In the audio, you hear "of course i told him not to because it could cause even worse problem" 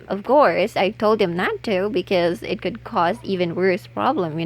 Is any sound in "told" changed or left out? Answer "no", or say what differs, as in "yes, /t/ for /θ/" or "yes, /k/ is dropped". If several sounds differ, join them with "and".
no